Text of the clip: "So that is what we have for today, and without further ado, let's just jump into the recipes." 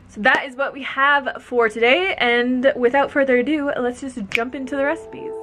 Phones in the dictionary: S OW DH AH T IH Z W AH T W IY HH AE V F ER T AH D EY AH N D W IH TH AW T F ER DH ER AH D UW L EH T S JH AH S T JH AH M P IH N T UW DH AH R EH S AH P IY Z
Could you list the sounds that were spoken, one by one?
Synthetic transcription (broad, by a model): S OW DH AH T IH Z W AH T W IY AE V F ER T AH D EY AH N W IH TH AW T F ER DH ER D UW L EH T S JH AH S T JH AH M P IH N T UW DH AH R EH S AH P IY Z